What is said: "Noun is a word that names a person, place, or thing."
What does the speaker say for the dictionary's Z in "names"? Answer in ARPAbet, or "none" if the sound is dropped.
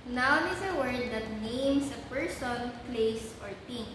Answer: S